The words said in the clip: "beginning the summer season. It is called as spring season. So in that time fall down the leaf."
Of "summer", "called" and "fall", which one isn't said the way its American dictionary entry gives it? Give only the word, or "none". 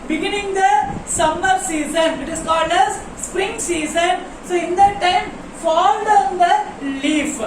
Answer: none